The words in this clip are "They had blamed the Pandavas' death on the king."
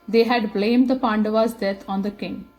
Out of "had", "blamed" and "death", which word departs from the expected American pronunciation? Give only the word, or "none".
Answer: death